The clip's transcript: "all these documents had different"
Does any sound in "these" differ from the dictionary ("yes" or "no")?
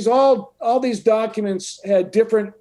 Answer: no